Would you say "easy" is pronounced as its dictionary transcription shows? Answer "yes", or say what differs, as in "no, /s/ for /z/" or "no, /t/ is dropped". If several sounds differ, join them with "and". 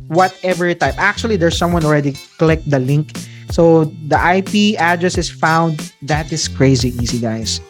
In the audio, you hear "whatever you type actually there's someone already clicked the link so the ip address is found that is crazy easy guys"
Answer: no, /s/ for /z/